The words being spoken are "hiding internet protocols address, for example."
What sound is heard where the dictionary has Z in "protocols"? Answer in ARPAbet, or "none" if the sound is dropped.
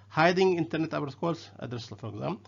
S